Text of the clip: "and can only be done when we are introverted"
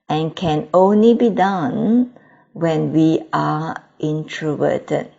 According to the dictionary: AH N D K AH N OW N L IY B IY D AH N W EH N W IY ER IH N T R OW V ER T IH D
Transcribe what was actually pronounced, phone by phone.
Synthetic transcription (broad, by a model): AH N K AH N OW N L IY B IY D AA N W EH N W IY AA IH N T R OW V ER T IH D